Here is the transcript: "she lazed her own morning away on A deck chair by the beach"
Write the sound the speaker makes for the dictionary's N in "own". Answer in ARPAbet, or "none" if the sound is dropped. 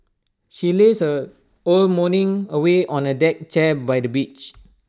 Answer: L